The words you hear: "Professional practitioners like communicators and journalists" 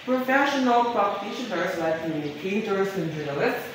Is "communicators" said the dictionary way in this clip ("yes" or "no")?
no